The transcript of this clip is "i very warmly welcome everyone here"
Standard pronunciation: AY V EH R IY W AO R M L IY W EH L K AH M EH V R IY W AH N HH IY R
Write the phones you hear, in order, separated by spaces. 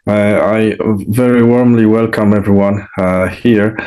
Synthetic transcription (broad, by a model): AY V EH R IY W AO R M L IY W EH L K AH M EH V R IY W AH N HH IY R